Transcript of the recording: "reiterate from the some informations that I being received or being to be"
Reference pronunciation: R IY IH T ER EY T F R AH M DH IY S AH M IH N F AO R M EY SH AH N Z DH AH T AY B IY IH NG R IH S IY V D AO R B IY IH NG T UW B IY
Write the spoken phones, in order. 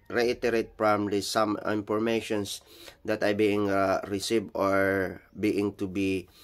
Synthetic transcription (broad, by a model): R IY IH T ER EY T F R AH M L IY S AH M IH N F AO R M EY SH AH N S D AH T AY B IY IH NG R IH S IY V AO R B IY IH NG T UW B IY